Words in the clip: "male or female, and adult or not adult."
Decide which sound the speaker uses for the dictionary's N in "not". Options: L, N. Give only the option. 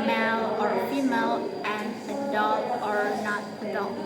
N